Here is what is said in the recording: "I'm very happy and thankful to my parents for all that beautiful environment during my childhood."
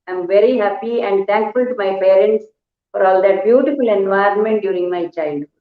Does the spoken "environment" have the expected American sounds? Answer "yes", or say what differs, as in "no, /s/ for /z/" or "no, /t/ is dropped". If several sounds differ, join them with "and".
yes